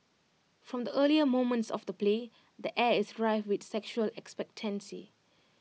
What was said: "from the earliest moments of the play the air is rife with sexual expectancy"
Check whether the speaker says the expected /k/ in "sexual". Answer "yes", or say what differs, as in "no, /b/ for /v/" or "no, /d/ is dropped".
yes